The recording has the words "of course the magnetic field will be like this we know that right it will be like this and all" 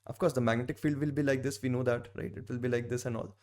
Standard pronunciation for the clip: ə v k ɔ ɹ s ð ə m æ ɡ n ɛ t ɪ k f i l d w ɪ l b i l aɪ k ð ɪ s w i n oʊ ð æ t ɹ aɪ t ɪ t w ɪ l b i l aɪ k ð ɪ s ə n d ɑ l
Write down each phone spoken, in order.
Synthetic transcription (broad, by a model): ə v k ɔ ɹ s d ə m æ ɡ n ɛ t ɪ k f i l d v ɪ l b i l aɪ k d ɪ s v i n oʊ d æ t ɹ aɪ t ɪ t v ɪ l b i l aɪ k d ɪ s ə n d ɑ l